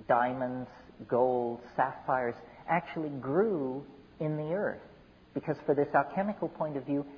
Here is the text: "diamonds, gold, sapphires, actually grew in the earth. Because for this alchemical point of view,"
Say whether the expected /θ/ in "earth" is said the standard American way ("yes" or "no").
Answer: yes